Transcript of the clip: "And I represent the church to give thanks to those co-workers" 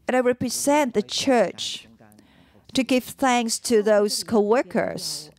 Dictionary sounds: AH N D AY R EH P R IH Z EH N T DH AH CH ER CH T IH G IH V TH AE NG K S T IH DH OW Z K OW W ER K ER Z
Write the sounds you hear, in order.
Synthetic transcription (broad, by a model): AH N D AY R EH P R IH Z EH N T DH AH CH ER CH T IH G IH V TH AE NG K S T IH DH OW Z K OW W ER K ER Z